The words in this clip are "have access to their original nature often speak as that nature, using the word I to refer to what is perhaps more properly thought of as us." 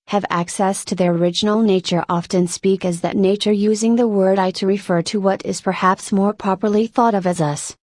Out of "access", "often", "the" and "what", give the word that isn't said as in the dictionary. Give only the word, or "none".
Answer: none